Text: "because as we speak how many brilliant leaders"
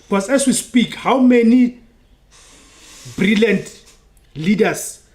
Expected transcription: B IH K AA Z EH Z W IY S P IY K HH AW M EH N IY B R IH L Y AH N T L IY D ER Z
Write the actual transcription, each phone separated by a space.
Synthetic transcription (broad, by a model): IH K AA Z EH S W IY S P IY K HH AW M EH N IY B R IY L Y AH N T L IY D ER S